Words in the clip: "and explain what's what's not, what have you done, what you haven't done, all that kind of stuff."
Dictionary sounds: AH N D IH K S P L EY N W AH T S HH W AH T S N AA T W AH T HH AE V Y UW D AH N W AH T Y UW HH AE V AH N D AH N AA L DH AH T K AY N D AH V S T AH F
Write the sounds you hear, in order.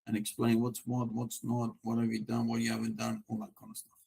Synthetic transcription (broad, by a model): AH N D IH K S P L EY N W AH T S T W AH T S N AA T W AH T HH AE V Y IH D AH N W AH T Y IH HH AE V AH N D AH N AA N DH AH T K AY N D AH S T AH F